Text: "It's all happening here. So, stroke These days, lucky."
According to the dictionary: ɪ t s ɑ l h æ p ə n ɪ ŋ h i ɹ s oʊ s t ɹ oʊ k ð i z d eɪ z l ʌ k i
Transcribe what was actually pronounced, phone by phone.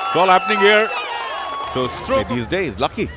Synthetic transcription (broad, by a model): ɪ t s ɑ l h æ p ə n ɪ ŋ h i ɹ s oʊ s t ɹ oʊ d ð i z d eɪ z l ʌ k i